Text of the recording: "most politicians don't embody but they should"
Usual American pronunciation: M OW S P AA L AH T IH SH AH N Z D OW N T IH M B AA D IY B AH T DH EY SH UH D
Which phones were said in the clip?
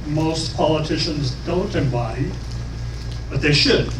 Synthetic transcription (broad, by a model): M OW S P AA L AH T IH SH AH N Z D OW N T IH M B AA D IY B AH T DH EY SH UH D